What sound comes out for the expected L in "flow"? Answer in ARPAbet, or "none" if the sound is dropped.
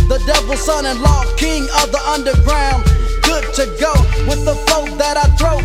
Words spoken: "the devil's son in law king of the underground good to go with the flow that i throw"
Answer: none